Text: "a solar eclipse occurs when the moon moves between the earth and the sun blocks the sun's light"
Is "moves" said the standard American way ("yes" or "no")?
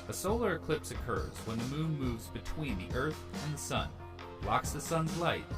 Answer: yes